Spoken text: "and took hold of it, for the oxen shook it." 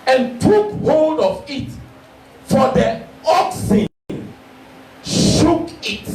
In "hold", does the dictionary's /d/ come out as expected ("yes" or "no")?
yes